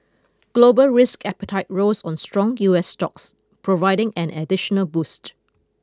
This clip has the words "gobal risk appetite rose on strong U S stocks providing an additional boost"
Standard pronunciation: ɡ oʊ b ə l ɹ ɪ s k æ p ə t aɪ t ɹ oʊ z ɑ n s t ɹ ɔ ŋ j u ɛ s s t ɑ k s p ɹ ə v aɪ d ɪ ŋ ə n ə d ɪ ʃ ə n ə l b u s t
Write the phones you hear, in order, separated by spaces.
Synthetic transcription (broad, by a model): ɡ oʊ b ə l ɹ ɪ s k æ p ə t aɪ t ɹ oʊ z ɑ n s t ɹ ɔ ŋ j u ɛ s s t ɑ k s p ɹ ə v aɪ d ɪ ŋ ə n ə d ɪ ʃ ə n ə l b u s t